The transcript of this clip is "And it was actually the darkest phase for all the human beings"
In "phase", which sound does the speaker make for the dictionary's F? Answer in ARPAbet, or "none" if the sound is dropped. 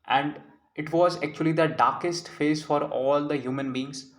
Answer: F